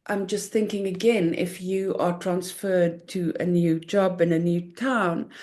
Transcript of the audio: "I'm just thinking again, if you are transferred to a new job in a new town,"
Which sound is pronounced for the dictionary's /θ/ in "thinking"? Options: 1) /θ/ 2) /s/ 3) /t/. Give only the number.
1